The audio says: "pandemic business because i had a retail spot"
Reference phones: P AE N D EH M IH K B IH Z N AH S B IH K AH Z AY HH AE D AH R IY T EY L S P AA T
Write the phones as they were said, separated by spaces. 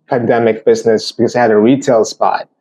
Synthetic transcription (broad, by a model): P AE N D EH M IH K B IH Z N AH S B IH K AH Z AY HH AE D AH R IY T EY L S P AA T